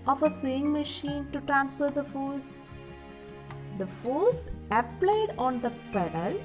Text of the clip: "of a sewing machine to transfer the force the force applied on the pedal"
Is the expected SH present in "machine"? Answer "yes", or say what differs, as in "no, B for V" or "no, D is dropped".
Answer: yes